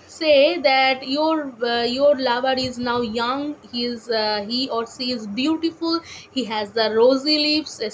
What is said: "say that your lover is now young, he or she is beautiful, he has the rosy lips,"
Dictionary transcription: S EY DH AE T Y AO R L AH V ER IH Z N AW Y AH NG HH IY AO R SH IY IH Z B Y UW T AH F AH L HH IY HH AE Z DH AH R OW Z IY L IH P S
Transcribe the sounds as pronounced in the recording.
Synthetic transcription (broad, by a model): S EY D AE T Y AO R L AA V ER IH Z N AW Y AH NG HH IY AO R S IY IH Z B Y UW T AH F AH L HH IY HH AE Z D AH R OW Z IY L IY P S